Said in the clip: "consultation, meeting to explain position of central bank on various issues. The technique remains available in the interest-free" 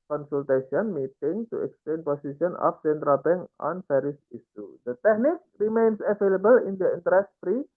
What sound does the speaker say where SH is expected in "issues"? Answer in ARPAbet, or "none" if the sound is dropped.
S